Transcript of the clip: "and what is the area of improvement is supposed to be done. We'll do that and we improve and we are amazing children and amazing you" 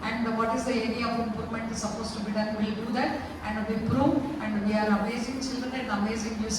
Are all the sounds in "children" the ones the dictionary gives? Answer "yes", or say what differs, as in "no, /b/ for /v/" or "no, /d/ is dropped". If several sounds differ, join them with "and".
yes